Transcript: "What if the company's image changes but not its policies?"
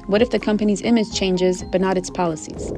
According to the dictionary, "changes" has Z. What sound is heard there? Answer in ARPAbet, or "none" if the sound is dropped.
Z